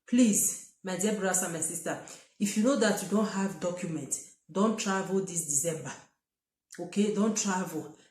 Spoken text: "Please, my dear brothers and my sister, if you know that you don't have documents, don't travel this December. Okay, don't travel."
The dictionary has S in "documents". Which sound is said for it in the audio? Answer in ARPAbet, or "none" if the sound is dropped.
none